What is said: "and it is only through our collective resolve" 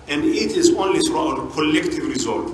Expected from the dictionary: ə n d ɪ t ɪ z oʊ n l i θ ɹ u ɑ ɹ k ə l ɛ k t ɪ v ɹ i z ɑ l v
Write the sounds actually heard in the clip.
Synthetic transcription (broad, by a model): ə n d ɪ t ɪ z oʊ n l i s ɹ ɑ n k ə l ɛ k t ɪ v ɹ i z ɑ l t